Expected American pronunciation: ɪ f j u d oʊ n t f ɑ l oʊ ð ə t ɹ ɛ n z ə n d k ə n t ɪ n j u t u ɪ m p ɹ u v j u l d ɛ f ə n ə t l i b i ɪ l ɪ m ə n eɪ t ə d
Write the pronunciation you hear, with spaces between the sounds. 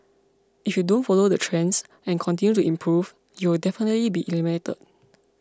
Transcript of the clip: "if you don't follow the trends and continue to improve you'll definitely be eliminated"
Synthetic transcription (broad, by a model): ɪ f j u d oʊ n t f ɑ l oʊ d ə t ɹ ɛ n s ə n k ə n t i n j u t u ɪ m p ɹ u v j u w d ɛ f ə n ə t l i b i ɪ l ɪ m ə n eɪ t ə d